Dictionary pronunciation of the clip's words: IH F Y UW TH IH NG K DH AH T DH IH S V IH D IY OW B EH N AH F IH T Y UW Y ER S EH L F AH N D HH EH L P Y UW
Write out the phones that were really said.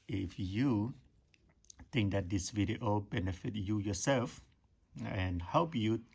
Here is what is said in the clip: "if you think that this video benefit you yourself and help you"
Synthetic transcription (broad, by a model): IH F Y UW T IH NG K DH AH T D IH S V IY D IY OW B EH N AH F IH T Y UW Y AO S EH L F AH N HH EH L P Y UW